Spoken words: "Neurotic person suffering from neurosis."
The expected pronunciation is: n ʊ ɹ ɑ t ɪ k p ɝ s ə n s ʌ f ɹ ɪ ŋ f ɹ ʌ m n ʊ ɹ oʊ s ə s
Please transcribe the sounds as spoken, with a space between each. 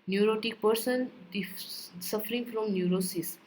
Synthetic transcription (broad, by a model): n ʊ ɹ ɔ t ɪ k p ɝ s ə n s ʌ f ɹ ɪ ŋ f ɹ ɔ m n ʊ ɹ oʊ s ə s